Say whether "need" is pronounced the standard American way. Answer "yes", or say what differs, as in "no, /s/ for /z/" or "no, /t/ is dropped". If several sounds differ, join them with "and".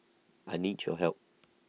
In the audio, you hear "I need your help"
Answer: yes